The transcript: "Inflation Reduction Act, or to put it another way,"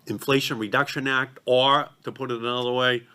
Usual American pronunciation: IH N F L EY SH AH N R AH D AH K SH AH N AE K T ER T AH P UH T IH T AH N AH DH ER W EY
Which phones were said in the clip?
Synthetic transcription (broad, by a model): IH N F L EY SH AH N R AH D AH K SH AH N AE K T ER T AH P UH T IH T AH N AH DH ER W EY